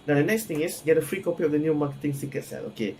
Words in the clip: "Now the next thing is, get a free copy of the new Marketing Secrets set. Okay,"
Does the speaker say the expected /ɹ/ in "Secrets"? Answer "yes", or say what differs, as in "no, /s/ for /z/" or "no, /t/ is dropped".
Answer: no, /ɹ/ is dropped